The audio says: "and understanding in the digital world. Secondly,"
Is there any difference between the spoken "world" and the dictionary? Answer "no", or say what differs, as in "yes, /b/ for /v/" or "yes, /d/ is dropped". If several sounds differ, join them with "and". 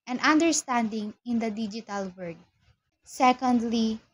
yes, /l/ is dropped